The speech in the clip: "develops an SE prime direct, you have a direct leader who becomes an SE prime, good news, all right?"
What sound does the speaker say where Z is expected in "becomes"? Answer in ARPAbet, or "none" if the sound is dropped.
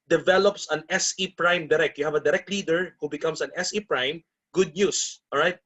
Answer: S